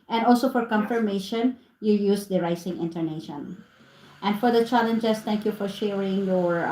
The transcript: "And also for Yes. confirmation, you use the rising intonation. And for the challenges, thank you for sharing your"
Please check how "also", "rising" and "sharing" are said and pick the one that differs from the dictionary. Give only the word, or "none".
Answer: rising